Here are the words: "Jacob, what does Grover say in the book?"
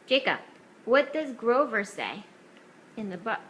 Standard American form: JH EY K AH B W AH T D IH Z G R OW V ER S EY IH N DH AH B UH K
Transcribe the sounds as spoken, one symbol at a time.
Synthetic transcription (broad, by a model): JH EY K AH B W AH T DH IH S G R OW V ER S EY IH N DH AH B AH